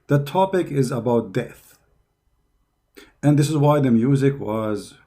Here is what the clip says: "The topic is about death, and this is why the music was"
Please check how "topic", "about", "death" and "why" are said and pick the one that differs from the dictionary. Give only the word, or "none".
none